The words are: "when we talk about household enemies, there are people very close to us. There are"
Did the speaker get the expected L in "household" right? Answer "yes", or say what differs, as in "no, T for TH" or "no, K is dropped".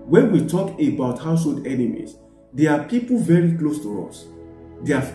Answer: yes